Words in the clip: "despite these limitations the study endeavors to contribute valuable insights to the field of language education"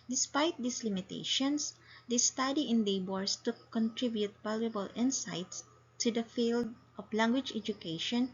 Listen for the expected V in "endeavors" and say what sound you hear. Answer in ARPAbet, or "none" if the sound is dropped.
B